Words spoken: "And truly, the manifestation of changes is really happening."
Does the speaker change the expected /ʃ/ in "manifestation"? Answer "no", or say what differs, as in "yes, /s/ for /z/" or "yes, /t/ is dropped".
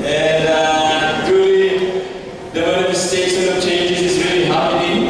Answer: yes, /s/ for /ʃ/